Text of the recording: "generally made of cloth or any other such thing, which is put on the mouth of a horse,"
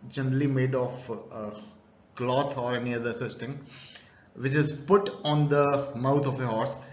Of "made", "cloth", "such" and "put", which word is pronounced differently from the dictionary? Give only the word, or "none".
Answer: cloth